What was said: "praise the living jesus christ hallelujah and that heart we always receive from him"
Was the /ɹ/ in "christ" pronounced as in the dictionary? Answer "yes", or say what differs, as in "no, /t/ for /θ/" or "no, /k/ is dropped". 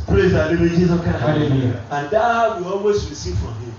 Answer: no, /ɹ/ is dropped